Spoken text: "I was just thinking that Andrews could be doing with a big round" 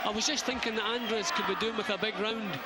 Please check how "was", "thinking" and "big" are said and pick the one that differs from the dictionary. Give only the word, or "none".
none